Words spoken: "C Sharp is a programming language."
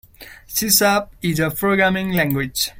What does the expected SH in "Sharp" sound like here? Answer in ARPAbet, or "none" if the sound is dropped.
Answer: S